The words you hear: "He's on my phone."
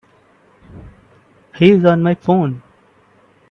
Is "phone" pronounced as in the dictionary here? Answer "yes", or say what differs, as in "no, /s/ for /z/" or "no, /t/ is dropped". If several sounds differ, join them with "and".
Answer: yes